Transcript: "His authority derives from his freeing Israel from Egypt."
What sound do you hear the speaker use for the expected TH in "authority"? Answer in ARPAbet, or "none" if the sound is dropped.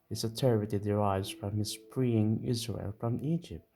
T